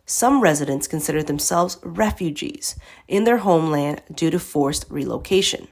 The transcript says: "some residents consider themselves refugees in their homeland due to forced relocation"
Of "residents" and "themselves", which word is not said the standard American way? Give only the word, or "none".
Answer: none